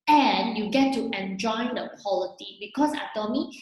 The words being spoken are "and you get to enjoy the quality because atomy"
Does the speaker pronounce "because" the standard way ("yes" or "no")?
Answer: no